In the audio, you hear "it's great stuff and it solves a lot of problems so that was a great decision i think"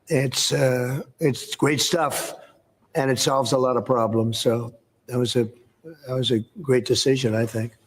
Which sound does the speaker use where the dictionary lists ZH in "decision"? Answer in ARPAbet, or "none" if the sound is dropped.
ZH